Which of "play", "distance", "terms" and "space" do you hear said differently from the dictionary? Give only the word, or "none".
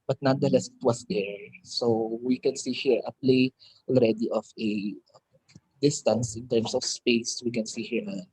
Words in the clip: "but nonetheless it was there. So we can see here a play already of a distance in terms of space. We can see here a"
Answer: terms